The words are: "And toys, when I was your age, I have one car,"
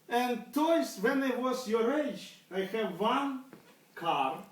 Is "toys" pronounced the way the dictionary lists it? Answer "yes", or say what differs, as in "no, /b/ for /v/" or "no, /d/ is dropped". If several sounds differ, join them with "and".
no, /s/ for /z/